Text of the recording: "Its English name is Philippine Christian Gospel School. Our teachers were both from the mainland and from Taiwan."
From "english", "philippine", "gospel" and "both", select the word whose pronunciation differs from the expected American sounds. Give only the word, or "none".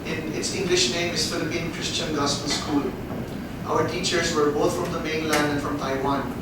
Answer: both